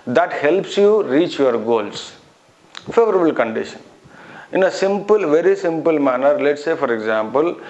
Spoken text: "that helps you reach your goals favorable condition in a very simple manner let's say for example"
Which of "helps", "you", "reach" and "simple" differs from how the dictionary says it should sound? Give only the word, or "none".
none